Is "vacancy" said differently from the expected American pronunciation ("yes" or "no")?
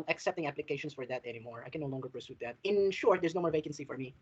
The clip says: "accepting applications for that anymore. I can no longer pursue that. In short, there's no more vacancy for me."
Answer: no